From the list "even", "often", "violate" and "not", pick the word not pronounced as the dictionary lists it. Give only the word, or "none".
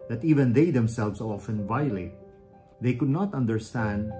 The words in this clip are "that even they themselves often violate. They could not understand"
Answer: none